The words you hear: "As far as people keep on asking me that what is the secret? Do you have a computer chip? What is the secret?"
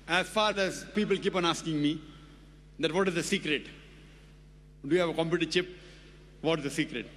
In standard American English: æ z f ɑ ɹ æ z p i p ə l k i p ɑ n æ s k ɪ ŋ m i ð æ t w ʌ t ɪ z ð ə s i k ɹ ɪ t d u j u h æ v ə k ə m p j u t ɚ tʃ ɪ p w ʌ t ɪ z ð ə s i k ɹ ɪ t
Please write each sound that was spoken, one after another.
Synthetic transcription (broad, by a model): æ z f ɑ ɹ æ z p i p ə l k i p ɑ n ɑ s k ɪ ŋ m i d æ t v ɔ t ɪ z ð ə s i k ɹ ɪ t d u j u h æ v ə k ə m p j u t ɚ tʃ ɪ p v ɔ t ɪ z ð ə s i k ɹ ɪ t